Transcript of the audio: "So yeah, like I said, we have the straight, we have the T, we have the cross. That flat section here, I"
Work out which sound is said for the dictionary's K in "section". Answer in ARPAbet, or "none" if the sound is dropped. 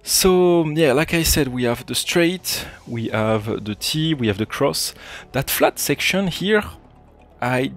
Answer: K